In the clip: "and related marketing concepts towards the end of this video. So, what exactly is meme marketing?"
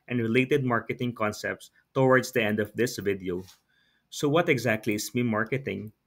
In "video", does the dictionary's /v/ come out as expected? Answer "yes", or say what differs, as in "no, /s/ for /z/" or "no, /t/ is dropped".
yes